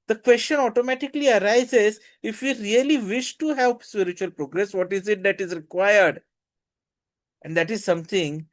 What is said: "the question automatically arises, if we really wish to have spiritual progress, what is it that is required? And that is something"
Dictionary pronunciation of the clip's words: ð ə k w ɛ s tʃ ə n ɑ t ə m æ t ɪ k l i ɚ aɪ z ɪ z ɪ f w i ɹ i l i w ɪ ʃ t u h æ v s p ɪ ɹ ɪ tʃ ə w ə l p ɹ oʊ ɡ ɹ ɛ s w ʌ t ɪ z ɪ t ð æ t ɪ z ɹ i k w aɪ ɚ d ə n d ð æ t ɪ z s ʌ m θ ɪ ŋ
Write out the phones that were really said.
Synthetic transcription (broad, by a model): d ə k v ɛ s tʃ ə n ɑ t ə m æ t ɪ k l i ɚ aɪ z ɪ z ɪ f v i ɹ i l i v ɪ ʃ t u h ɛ p s p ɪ ɹ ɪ tʃ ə ə l p ɹ oʊ ɡ ɹ ɛ s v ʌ t ɪ z ɪ t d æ t ɪ z ɹ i k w aɪ ɚ d ə n d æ t ɪ z s ʌ m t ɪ ŋ